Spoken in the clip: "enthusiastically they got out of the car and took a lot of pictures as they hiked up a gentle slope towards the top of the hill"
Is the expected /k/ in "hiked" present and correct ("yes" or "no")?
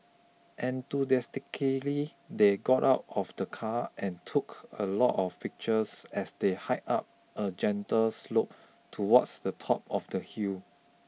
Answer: no